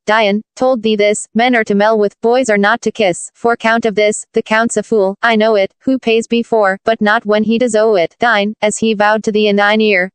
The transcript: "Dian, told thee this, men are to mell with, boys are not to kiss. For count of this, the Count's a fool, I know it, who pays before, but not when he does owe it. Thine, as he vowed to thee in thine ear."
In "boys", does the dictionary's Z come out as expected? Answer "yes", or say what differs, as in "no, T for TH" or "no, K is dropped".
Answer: yes